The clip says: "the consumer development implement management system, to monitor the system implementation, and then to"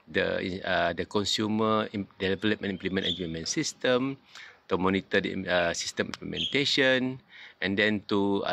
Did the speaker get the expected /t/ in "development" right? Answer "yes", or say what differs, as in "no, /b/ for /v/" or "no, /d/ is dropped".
no, /t/ is dropped